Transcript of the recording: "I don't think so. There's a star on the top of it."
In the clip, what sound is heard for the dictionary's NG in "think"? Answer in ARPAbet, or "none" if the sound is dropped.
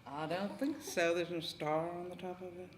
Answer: NG